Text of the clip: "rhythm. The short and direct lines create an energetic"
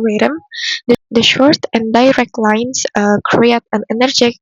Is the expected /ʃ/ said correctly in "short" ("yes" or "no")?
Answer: yes